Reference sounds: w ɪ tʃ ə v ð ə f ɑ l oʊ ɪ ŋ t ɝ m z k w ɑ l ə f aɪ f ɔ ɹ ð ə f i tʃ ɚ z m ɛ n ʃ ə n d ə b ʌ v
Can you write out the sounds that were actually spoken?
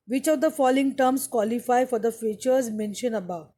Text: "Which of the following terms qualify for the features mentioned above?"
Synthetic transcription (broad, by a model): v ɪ tʃ ə v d ə f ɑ l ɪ ŋ t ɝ m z k w ɑ l ə f aɪ f ɔ ɹ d ə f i tʃ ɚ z m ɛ n ʃ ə n ə b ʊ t